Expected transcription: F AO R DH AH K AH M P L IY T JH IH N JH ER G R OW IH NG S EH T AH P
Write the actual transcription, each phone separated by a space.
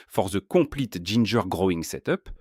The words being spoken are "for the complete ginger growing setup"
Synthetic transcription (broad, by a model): F AO R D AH K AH P L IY T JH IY N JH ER G R OW IH NG S EH T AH P